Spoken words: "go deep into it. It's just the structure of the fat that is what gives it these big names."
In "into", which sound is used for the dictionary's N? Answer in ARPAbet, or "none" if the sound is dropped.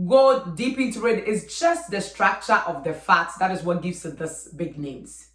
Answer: none